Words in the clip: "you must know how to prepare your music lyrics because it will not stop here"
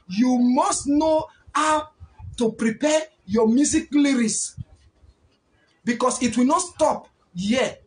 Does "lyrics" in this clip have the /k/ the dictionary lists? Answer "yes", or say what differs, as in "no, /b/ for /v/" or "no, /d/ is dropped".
no, /k/ is dropped